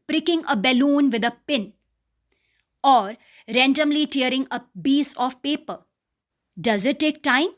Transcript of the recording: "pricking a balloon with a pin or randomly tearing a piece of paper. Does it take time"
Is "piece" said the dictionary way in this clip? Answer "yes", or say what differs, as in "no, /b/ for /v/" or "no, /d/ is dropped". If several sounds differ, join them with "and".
no, /b/ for /p/